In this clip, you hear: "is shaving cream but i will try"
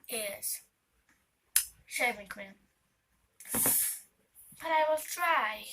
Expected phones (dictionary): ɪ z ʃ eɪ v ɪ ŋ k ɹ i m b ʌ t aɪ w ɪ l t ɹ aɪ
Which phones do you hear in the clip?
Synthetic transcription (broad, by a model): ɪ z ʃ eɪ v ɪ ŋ k w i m b ʌ t aɪ w ɪ l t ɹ aɪ